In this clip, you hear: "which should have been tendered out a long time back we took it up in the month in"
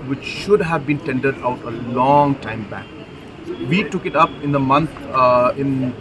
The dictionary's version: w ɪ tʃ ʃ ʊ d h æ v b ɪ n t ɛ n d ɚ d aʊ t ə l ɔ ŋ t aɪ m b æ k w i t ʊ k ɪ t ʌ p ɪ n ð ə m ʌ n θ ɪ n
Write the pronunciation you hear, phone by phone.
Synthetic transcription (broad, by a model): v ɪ tʃ ʃ ʊ d h æ v b ɪ n t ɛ n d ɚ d aʊ t ə l ɔ ŋ t aɪ m b æ k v i t ʊ k ɪ t ʌ p ɪ n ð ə m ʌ n t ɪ n